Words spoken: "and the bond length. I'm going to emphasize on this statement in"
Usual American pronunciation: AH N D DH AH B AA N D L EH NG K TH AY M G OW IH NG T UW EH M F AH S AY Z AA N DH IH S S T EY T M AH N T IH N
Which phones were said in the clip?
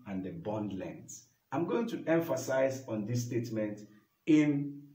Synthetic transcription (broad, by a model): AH N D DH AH B AA N D L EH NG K S AY M G OW IH NG T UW EH M F AH S AY Z AA N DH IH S S T EY T M AH N T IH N